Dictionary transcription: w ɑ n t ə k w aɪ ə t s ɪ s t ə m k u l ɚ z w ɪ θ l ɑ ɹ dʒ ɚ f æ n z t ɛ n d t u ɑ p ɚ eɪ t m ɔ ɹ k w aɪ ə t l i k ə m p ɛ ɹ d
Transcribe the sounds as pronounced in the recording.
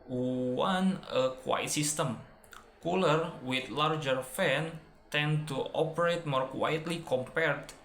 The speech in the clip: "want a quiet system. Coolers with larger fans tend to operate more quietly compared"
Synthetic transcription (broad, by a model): w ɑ n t ə k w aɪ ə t s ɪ s t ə m k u l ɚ w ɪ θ l ɑ ɹ dʒ ɚ f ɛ n t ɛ n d t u ɑ p ɚ eɪ t m ɔ ɹ k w aɪ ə t l i k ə m p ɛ ɹ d